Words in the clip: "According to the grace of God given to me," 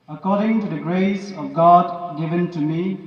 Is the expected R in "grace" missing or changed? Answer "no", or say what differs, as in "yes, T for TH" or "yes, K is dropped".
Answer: no